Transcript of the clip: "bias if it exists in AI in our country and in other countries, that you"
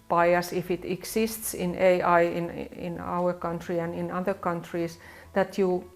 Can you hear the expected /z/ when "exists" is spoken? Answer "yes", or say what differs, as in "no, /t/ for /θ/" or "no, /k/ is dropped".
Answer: no, /s/ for /z/